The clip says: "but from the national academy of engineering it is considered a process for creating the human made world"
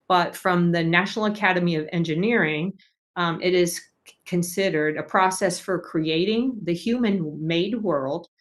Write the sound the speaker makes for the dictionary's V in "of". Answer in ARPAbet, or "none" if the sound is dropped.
V